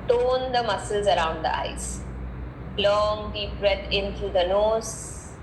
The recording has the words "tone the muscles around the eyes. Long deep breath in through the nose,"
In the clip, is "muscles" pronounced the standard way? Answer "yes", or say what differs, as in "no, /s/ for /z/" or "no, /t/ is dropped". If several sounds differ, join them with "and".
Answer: yes